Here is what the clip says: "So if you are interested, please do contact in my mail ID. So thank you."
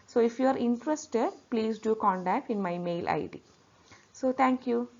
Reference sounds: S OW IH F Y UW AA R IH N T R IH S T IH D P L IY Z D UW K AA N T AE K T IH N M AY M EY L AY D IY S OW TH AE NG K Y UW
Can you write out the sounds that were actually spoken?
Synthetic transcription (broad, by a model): S OW IH F Y UW AA R IH N T R IH S T IH D P L IY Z D UW K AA N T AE K T IH N M AY M EY L AY D IY S OW T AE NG K Y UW